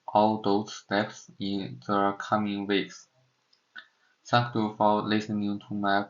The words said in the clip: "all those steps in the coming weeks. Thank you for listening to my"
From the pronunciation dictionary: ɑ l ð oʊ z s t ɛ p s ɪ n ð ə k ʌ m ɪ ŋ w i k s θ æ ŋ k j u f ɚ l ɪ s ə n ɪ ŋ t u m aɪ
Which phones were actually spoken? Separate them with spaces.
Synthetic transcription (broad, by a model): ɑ l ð oʊ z s t ɛ p s ɪ n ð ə k ʌ m ɪ ŋ w i k s s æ k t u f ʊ l ɪ s ə n ɪ ŋ t u m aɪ